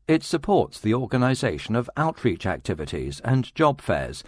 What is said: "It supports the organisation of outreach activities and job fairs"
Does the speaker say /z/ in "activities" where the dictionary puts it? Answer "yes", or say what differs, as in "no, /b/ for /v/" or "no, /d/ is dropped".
yes